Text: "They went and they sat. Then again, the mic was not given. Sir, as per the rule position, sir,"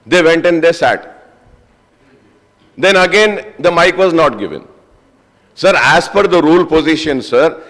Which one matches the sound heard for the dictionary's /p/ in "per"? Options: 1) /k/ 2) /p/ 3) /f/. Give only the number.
3